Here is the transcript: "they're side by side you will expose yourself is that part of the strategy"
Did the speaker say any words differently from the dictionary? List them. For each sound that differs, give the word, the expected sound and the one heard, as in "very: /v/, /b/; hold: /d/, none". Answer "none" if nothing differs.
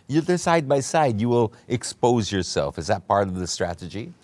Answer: none